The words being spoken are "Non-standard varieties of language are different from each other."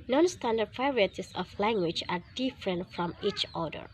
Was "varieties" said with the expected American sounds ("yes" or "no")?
no